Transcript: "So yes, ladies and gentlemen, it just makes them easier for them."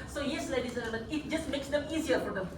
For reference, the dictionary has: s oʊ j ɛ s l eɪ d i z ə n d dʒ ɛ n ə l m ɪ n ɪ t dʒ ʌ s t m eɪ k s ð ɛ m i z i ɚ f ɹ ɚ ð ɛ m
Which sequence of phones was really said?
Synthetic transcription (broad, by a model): s oʊ j ɛ s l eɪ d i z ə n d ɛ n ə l ɪ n ɪ t dʒ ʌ s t m eɪ k s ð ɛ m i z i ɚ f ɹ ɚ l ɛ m